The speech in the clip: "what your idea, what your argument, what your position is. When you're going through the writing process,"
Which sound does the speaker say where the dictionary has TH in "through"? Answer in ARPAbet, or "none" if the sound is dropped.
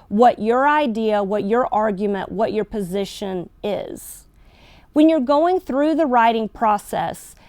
TH